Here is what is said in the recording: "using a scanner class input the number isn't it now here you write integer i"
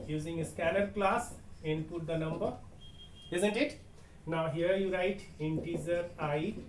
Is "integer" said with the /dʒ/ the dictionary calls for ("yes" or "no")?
no